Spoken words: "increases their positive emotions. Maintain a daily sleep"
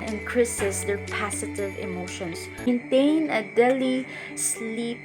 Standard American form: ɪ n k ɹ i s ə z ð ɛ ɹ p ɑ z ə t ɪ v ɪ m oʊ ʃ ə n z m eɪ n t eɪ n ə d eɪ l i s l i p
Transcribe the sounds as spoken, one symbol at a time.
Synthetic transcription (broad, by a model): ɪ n k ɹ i s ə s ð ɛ ɹ p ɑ s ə t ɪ v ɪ m oʊ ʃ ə n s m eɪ n t eɪ n ə d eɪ l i s l i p